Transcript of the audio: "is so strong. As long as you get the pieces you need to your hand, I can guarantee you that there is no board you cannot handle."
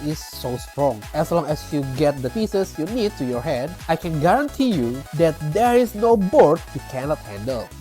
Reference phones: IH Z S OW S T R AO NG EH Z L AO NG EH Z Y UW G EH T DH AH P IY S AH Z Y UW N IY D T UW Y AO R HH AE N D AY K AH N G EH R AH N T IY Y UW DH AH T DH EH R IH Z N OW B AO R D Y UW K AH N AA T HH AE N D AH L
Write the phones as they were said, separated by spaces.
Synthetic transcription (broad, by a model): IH S OW S T R AO NG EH S L AO NG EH S Y UW G EH T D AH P IY S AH S Y UW N IY D T UW Y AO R HH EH D AY K AH N G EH R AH N T IY Y UW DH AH T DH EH R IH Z N OW B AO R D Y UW K AH N AA T HH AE N D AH L